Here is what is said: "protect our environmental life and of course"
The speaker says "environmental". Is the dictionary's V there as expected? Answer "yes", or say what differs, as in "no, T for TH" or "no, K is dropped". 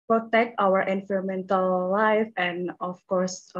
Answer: no, F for V